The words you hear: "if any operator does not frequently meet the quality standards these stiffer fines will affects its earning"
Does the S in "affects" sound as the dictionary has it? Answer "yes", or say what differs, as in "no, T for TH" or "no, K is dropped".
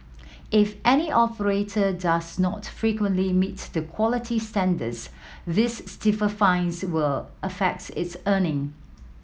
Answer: no, S is dropped